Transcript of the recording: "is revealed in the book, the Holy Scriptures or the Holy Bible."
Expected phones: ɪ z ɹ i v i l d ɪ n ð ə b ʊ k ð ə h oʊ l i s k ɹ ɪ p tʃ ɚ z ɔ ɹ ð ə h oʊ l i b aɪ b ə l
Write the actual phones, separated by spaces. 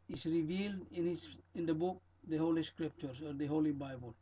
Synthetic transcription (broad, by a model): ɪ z ɹ i v i l d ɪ n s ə b ʊ k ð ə h oʊ l i s k ɹ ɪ p tʃ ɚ s ɔ ɹ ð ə h oʊ l i b aɪ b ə l